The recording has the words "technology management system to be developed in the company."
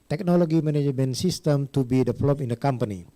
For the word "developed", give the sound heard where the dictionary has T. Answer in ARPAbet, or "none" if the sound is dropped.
none